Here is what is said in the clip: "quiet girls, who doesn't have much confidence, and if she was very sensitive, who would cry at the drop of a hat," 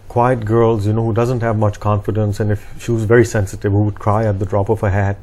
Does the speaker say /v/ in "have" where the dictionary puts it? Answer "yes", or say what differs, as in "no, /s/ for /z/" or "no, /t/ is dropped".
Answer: yes